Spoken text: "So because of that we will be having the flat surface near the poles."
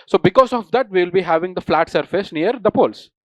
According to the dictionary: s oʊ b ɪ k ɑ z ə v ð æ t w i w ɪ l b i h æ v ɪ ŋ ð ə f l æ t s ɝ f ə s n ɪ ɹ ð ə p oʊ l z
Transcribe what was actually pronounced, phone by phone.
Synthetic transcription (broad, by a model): s oʊ b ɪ k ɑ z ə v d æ t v i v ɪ l b i h æ v ɪ ŋ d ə f l æ t s ɝ f ə s n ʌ ɹ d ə p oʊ l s